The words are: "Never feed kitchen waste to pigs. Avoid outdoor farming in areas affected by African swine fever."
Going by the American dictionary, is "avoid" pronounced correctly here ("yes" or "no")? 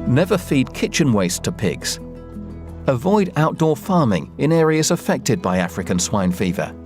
yes